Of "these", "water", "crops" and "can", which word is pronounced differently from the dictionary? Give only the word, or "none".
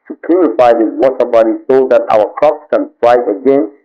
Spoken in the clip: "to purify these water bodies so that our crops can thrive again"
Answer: these